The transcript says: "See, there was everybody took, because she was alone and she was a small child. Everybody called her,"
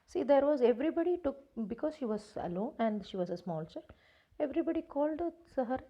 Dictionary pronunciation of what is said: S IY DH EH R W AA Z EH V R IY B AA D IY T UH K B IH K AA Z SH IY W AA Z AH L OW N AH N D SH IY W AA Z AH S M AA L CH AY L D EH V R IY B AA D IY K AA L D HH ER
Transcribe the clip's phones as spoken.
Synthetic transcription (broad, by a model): S IY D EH R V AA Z EH V R IY B AA D IY T UH K B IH K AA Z SH IY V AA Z AH L OW N AH N D SH IY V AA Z AH S M AA L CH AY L EH V R IY B AA D IY K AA L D HH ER